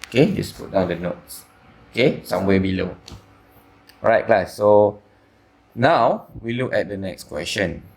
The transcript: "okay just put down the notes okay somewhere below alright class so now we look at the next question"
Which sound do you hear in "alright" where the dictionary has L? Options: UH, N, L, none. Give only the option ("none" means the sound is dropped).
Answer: none